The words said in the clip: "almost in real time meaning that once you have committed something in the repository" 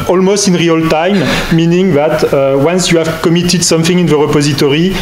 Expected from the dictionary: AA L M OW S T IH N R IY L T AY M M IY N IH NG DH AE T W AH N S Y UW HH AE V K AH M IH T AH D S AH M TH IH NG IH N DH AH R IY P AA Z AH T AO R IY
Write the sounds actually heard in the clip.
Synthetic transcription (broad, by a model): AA L M OW S T IH N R IY L T AY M M IY N IH NG DH AE T W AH N S Y UW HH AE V K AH M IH T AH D S AH M TH IH NG IH N DH AH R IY P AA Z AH T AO R IY